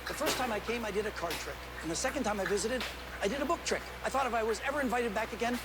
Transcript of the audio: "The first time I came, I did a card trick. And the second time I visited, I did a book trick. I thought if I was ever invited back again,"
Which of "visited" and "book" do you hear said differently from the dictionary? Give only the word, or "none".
none